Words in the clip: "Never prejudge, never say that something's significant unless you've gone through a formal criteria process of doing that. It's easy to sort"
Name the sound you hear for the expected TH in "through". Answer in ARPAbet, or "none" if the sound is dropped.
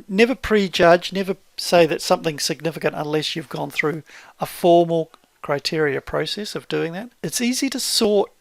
TH